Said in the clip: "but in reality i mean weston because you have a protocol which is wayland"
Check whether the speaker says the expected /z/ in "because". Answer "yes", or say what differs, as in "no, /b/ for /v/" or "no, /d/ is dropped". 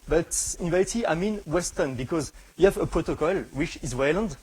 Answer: yes